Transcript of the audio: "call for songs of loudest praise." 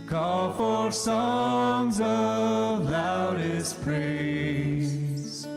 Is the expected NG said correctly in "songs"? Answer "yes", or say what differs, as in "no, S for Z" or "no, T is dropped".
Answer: yes